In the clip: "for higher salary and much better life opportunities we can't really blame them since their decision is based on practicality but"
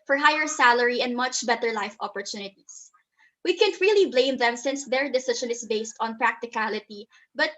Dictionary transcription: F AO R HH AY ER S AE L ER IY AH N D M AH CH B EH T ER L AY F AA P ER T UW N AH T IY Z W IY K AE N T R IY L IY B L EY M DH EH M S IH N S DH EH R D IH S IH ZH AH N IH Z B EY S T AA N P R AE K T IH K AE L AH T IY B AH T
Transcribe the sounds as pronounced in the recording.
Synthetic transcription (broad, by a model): F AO R HH AY ER S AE L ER IY AH N D M AH CH B EH T ER L AY F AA P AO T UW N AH T IY S W IY K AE N T R IY L IY B L EY M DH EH M S IH N S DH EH R D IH S IH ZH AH N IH S B EY S T AA N P R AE K T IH K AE L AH T IY B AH T